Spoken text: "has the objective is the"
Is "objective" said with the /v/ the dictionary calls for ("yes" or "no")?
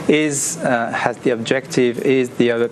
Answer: yes